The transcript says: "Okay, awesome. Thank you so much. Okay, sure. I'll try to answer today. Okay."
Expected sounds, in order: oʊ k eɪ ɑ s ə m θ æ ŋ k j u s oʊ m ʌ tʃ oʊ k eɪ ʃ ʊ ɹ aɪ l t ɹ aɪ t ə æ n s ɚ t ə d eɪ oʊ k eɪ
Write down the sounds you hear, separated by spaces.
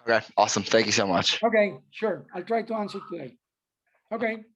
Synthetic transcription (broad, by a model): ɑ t ɑ s ə m θ æ ŋ k j u s oʊ m ʌ tʃ oʊ k eɪ ʃ ʊ ɹ aɪ l t ɹ aɪ t ə æ n s ɚ t ə d eɪ oʊ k eɪ